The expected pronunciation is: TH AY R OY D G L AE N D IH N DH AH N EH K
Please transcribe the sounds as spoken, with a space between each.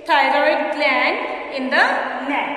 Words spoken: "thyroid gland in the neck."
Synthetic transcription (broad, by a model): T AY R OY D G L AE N IH N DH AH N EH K